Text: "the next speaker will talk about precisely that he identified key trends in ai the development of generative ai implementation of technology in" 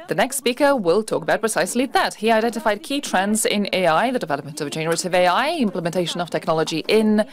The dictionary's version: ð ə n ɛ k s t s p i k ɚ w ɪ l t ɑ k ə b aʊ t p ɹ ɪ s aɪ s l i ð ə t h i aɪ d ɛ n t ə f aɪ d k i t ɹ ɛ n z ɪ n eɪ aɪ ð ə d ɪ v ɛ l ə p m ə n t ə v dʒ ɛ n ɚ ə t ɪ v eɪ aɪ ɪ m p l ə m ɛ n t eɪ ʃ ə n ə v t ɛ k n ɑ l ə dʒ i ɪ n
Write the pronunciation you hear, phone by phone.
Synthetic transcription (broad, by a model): ð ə n ɛ k s t s p i k ɚ w ɪ l t ɑ k ə b aʊ t p ɹ ɪ s aɪ s l i ð ə t h i aɪ d ɛ n t ə f aɪ d k i t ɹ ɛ n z ɪ n eɪ aɪ ð ə d ɪ v ɛ l ə p m ə n t ə v dʒ ɛ n ɚ ə t ɪ v eɪ aɪ ɪ m p l ə m ɛ n t eɪ ʃ ə n ə v t ɛ k n ɑ l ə dʒ i ɪ n